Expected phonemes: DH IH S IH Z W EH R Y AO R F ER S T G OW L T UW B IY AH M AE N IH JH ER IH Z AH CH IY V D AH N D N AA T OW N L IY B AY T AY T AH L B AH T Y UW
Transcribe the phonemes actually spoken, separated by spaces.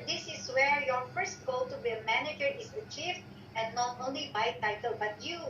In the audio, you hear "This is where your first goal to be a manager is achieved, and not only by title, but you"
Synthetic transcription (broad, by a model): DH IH S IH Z W EH R Y AO R F ER S T G OW L T UW B IY AH M AE N IH JH ER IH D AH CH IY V AH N N AA T OW N L IY B AY T AY T AH L B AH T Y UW